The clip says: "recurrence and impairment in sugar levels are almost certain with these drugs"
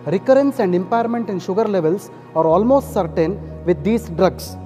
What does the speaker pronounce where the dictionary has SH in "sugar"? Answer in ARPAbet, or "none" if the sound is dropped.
SH